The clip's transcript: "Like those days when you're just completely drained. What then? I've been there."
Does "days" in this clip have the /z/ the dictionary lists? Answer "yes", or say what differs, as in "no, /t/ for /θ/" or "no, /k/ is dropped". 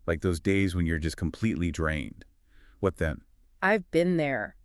yes